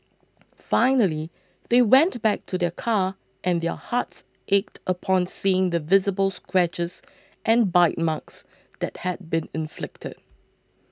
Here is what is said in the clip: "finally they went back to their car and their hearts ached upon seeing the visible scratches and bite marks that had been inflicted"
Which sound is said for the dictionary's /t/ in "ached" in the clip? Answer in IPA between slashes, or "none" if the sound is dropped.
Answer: /t/